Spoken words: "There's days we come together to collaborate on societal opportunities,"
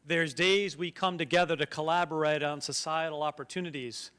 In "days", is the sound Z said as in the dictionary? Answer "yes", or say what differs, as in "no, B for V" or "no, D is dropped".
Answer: yes